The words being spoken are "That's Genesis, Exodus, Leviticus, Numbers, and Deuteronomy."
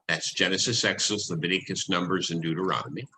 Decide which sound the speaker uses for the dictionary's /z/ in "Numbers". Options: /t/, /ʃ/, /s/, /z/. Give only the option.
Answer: /z/